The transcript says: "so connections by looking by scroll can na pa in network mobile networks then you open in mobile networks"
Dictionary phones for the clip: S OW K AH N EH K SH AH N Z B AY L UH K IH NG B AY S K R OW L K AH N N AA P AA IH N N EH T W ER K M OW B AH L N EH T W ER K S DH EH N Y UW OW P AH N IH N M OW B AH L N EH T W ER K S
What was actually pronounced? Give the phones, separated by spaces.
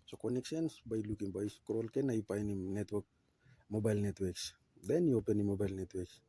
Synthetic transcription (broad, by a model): S OW K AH N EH K S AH N S B AY L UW K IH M B AY S K R OW L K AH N N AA P AA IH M N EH T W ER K M OW B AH L N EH T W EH K S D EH N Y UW OW P AH N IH M OW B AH L N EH T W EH K S